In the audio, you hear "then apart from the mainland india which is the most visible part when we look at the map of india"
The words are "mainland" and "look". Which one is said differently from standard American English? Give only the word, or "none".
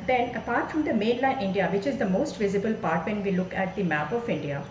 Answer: mainland